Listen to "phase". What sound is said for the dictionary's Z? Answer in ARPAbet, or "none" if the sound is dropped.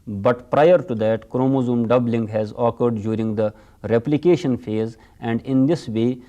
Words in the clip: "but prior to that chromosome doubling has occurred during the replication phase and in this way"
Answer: Z